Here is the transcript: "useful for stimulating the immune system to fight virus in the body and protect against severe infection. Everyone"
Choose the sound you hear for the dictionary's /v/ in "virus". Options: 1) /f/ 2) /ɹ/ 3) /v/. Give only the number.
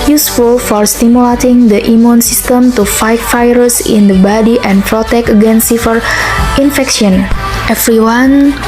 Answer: 1